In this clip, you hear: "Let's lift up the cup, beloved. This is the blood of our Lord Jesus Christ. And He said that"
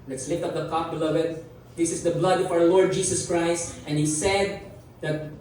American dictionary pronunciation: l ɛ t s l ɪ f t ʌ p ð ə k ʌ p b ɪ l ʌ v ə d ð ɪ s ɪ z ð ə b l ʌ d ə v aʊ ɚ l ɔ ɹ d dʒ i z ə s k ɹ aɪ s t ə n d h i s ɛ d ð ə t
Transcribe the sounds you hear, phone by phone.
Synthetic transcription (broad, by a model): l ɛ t s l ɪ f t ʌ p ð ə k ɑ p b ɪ l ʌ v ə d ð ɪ s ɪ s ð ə b l ʌ d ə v aʊ ɚ l ɔ ɹ d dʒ i s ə s k ɹ aɪ s t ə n h i s ɛ d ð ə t